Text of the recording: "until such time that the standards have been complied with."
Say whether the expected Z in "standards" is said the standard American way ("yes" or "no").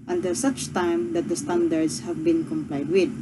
no